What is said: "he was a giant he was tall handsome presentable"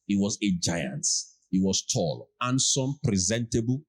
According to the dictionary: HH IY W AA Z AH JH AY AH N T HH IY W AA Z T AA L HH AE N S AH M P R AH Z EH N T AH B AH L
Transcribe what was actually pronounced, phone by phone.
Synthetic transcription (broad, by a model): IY W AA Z AH JH AY AH N T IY W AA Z T AA L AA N S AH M P R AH Z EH N T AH B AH L